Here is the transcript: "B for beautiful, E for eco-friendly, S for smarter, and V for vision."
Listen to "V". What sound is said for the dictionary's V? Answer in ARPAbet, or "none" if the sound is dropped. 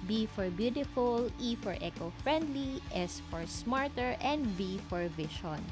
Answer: B